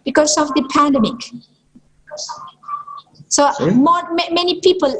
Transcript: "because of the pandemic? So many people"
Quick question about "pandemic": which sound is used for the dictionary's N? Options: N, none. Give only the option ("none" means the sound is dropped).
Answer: N